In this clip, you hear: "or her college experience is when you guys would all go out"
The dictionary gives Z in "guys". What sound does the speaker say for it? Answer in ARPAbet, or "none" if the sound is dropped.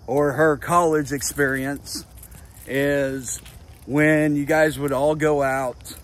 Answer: Z